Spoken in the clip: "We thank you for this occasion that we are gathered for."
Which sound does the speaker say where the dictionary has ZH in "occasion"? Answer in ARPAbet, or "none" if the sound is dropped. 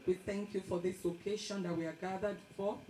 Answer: SH